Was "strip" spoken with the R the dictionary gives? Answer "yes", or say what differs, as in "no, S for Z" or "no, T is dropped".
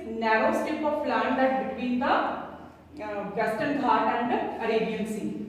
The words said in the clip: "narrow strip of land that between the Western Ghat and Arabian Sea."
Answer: no, R is dropped